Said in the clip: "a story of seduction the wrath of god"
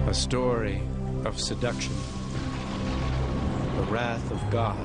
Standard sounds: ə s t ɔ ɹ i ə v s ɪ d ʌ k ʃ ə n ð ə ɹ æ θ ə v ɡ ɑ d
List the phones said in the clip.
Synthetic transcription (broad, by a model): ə s t ɔ ɹ i ə v s ɪ d ʌ k ʃ ə n ð ə ɹ æ θ ə v ɡ ɑ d